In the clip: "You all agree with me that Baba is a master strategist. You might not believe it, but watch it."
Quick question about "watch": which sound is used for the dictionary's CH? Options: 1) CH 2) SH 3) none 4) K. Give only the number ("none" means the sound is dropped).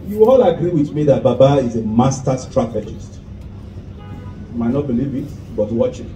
1